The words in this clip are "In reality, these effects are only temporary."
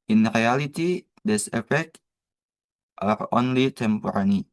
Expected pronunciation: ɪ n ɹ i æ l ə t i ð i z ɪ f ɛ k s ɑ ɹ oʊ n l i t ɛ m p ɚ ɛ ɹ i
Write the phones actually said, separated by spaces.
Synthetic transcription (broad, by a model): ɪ n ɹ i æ l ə t i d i s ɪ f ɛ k ɑ ɹ oʊ n l i t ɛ m p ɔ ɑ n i